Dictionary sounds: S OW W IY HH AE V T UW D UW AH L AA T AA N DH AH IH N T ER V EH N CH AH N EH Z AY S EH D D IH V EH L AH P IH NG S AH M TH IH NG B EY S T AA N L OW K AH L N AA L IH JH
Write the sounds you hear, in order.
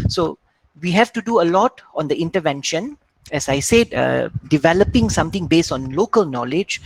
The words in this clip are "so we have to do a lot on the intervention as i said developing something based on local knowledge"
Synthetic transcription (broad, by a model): S OW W IY HH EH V T UW D UW AH L AA T AA N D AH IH N T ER V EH N SH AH N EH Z AY S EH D D IH V EH L AH P IH NG S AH M T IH NG B EY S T AA N L OW K AH L N AA L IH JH